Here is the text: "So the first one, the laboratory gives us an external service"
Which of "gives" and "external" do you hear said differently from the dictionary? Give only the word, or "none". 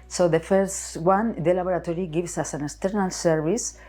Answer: gives